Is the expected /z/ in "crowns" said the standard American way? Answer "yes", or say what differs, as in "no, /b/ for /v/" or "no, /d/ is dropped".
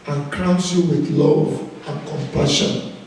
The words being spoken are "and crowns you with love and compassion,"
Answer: no, /s/ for /z/